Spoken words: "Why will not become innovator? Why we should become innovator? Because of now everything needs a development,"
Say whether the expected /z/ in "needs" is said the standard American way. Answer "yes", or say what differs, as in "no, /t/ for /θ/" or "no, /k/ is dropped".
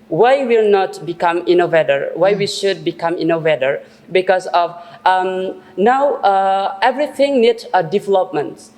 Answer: no, /z/ is dropped